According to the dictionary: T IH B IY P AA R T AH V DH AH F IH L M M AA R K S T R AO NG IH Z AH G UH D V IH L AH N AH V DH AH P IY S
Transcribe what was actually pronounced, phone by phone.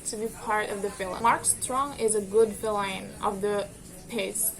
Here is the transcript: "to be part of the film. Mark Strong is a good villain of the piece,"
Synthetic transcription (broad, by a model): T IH B IY P AA R T AH V DH AH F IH L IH M AA R K S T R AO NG IH Z AH G UH D F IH L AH N AH V DH AH P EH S